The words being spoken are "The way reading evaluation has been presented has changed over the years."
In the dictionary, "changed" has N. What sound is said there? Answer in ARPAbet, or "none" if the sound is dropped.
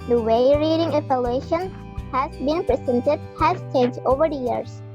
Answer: none